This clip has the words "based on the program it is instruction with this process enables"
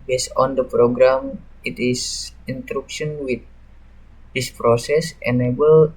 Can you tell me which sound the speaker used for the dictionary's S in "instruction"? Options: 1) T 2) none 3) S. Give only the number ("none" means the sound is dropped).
2